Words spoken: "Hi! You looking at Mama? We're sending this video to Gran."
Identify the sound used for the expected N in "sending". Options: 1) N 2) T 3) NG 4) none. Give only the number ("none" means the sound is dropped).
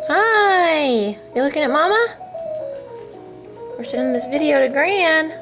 4